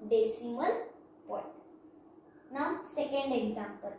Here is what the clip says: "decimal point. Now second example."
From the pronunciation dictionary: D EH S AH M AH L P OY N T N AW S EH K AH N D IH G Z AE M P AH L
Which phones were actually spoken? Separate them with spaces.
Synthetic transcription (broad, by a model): D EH S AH M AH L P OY T N AW S EH K AH N D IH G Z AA M P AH L